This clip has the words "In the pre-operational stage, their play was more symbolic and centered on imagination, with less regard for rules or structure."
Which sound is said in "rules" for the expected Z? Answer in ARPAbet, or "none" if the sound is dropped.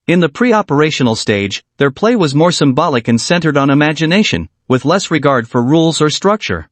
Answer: Z